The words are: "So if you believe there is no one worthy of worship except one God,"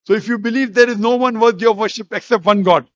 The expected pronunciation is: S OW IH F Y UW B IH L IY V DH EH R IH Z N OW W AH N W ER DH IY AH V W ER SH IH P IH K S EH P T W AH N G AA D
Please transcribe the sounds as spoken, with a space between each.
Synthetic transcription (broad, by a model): S OW IH F Y UW B IH L IY V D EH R IH Z N OW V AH N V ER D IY AH V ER SH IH P IH K S EH P T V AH N G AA D